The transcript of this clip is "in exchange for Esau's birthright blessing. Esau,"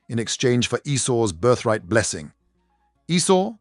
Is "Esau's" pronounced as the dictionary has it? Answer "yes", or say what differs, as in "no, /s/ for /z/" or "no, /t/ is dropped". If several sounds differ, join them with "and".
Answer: yes